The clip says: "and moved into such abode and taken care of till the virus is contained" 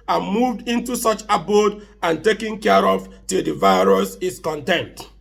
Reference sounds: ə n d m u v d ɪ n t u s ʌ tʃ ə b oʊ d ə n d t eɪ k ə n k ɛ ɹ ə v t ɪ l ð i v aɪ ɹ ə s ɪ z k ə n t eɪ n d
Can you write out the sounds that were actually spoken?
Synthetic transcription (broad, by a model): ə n m u v d ɪ n t u s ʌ tʃ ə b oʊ d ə n t eɪ k ə n k ɛ ɹ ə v t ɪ l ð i v aɪ ɹ ə s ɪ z k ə n t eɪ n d